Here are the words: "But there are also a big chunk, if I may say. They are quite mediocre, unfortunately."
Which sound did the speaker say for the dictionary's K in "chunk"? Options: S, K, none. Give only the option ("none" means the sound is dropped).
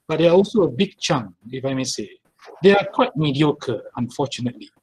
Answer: none